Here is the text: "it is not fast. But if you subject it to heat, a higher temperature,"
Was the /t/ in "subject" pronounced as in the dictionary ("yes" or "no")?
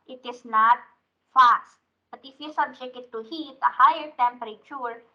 no